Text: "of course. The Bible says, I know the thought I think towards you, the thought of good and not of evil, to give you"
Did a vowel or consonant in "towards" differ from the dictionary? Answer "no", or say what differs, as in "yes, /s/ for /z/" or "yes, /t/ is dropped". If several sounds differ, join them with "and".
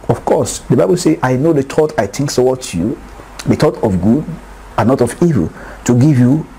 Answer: yes, /s/ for /t/